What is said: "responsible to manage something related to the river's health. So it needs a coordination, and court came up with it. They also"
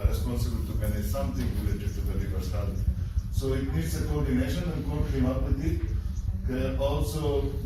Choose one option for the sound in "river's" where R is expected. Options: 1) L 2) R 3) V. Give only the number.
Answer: 1